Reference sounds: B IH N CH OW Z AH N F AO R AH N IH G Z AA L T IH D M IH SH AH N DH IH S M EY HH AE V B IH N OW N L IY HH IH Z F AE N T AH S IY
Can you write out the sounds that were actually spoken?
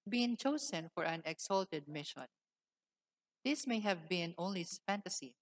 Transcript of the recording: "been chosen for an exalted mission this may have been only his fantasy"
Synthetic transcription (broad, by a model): B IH N CH OW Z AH N F AO R AH N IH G S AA L T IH D M IH SH AH N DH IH S M EY HH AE V B IH N OW N L IY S F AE N T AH S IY